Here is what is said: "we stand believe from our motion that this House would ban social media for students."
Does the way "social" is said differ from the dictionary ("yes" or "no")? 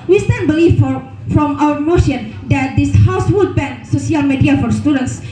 yes